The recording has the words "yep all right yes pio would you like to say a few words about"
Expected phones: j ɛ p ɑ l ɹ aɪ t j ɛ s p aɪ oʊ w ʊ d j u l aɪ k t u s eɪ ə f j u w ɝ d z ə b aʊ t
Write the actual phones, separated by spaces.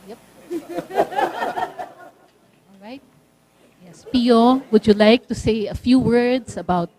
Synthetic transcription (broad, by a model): j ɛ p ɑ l ɹ aɪ t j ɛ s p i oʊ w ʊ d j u l aɪ k t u s eɪ ə f j u w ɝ d s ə b aʊ t